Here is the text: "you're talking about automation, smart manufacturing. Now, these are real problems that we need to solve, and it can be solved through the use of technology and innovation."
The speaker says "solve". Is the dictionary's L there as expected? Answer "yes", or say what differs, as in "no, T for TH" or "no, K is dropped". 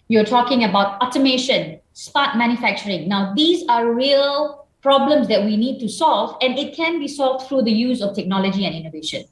yes